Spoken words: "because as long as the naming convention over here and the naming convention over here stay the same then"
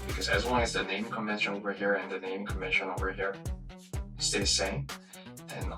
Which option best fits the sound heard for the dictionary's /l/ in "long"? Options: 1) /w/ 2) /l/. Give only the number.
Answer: 1